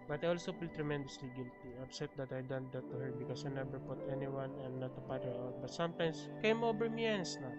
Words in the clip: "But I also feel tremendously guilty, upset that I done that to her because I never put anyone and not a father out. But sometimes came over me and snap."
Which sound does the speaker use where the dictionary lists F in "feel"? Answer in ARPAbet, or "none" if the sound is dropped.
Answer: P